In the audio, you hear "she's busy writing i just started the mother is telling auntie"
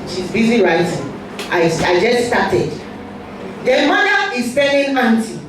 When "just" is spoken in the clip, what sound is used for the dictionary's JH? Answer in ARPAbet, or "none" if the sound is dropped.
JH